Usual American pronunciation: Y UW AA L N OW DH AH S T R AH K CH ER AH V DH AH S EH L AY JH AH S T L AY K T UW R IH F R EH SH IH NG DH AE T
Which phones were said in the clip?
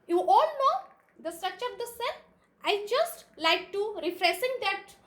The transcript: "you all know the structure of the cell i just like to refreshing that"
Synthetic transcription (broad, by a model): Y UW AA L N OW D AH S T R AH K CH ER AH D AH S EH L AY JH AH S T L AY K T UW R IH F R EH S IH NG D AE T